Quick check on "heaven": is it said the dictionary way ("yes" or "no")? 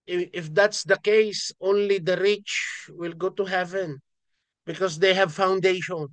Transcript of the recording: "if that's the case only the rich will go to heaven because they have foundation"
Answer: yes